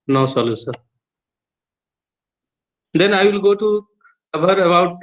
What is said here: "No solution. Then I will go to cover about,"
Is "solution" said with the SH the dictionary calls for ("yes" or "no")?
no